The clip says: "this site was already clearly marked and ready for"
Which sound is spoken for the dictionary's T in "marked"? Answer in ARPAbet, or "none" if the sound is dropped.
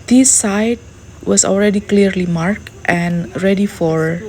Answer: T